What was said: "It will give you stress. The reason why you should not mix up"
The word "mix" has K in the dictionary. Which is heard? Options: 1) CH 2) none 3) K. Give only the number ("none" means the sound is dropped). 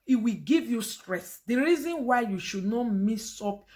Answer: 2